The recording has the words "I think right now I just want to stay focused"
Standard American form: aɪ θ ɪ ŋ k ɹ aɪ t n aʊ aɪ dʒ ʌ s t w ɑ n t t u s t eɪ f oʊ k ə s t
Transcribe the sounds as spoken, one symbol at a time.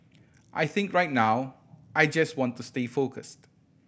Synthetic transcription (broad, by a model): aɪ θ ɪ ŋ k ɹ aɪ t n aʊ aɪ dʒ ʌ s t w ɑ n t t u s t eɪ f oʊ k ə s t